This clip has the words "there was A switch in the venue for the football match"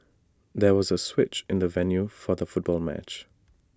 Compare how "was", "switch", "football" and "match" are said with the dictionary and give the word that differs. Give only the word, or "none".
none